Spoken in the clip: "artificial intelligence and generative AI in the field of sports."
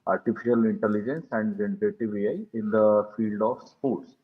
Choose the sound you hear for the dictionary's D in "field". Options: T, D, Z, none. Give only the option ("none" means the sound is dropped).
D